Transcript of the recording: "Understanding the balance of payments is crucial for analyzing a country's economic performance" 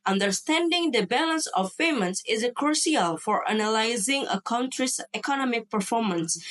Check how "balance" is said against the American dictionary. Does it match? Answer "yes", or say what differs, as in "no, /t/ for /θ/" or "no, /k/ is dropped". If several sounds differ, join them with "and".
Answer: yes